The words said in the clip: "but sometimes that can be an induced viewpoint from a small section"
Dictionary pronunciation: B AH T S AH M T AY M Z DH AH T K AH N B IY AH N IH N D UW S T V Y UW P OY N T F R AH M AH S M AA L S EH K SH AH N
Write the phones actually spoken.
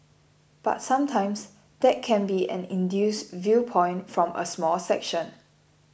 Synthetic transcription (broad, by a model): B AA T S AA M T AY M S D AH T K AH N B IY AH N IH N D UW S V Y UW P OY N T F R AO M AH S M AA L S EH K SH AH N